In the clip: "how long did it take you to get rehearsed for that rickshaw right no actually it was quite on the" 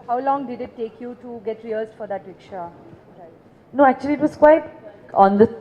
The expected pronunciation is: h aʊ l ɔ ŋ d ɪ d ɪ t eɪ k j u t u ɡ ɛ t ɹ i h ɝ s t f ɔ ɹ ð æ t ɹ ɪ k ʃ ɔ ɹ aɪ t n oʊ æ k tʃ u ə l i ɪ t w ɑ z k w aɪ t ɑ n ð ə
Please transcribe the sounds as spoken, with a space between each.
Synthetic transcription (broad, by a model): h aʊ l ɔ ŋ d ɪ d ɪ t eɪ k j u t u ɡ ɛ t ɹ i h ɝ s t f ɔ ɹ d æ t w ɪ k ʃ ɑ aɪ n oʊ æ k tʃ u ə l i ɪ t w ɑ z k w aɪ t ɑ n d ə